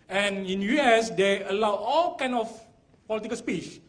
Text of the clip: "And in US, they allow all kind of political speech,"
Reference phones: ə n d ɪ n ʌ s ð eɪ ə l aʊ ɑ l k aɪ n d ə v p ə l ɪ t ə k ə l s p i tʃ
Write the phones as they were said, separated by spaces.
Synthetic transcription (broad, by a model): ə n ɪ n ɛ s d eɪ ə l aʊ ɑ l k aɪ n ə f p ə l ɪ t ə k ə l s p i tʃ